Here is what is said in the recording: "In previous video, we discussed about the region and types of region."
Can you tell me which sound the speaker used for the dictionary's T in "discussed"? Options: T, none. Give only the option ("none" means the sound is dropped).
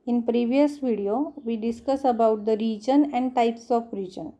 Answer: none